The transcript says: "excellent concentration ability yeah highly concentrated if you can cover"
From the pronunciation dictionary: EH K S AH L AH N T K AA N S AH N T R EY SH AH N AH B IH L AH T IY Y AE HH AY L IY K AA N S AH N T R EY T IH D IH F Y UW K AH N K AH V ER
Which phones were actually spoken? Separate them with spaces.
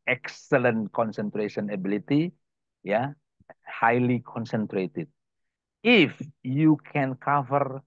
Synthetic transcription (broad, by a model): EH K S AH L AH N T K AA N S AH N T R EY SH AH N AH B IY L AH T IY Y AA HH AY L IY K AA N S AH N T R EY T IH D IH F Y UW K AH N K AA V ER